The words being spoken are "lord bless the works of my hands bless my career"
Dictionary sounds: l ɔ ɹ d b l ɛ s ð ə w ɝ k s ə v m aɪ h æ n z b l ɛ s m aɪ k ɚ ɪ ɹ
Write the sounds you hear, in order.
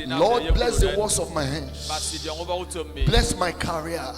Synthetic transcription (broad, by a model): l ɔ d b l ɛ s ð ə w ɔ s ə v m aɪ h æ n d b l ɛ s m aɪ k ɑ ɹ